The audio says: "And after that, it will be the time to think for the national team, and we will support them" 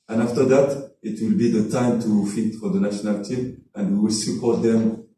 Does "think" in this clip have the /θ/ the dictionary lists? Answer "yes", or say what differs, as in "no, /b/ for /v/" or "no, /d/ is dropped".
no, /f/ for /θ/